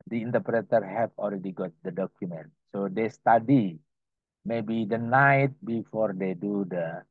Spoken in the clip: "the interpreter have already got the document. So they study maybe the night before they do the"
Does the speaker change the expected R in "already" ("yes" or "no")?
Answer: yes